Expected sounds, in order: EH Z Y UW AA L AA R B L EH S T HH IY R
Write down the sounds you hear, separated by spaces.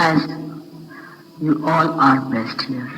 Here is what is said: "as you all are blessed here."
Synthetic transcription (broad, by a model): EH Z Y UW AA L AA R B EH S T HH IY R